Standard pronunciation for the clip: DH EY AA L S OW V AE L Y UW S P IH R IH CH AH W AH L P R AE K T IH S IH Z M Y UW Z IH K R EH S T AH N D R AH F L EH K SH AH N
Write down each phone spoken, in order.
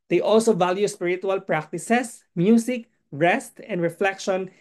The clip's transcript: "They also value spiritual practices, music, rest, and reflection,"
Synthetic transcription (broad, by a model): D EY AA L S OW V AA L Y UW S P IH R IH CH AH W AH L P R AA K T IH S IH S M Y UW S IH K R EH S T AH N D R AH F L EH K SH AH N